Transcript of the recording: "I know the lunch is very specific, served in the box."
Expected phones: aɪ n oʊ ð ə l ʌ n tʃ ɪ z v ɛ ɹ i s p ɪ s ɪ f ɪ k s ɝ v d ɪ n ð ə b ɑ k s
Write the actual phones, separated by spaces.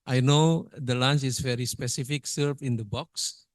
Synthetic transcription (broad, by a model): aɪ n oʊ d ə l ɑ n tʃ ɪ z v ɛ ɹ i s p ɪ s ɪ f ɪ k s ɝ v ɪ n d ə b ɑ k s